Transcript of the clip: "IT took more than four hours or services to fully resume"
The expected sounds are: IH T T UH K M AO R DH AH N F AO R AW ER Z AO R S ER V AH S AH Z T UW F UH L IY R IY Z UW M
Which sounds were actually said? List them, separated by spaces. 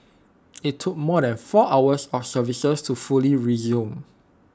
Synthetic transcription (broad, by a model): IH T T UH K M AO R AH N F AO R AW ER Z AO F S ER V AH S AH S T UW F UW L IY R IY Z UW M